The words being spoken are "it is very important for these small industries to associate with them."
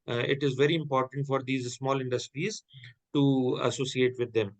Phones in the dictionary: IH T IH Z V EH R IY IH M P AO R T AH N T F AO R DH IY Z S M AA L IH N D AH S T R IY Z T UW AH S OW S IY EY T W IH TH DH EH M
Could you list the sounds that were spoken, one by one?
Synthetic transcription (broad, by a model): IH T IH Z V EH R IY IH M P AO R T AH N T F AO R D IY Z S M AA L IH N D AH S T R IY Z T UW AH S OW S IY EY T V IH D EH M